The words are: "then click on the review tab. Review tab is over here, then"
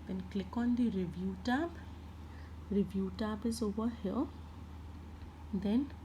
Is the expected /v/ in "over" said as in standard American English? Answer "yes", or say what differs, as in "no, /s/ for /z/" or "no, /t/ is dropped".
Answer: no, /v/ is dropped